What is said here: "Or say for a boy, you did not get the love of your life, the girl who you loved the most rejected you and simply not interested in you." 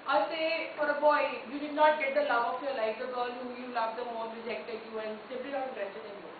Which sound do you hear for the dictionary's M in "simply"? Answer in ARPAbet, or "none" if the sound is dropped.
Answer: none